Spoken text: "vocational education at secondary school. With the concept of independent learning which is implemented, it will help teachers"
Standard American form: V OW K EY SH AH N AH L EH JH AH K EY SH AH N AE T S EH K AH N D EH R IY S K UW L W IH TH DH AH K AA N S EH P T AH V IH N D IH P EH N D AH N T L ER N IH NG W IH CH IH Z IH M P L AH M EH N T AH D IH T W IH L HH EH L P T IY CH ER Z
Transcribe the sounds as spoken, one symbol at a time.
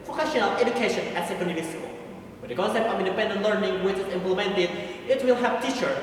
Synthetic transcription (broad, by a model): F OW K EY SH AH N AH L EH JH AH K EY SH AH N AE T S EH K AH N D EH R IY S K UW L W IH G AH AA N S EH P AH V IH N D IH P EH N D AH N T L ER N IH NG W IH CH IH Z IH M P L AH M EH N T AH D IH T W IH L HH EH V T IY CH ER